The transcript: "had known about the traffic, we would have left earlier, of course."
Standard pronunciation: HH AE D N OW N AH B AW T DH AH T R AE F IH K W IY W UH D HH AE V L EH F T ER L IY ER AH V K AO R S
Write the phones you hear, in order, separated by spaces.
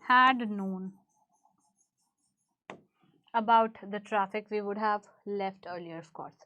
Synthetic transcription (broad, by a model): HH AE D N OW N AH B AW T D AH T R AE F IH K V IY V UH D HH AE V L EH F T ER L IY ER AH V K AO R S